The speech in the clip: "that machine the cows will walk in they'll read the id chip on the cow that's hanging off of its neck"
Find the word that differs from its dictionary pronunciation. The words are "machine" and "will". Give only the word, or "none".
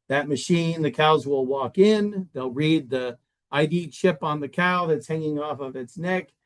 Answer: none